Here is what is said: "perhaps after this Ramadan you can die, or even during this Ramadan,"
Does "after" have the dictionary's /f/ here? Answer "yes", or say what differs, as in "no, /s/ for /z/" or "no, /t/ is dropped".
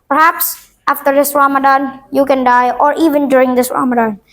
yes